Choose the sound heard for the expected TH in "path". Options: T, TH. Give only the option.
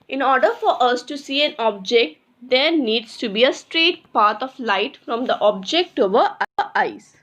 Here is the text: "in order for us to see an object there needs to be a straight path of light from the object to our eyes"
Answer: T